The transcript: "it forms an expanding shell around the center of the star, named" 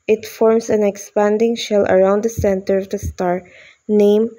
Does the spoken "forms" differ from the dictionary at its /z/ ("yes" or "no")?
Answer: yes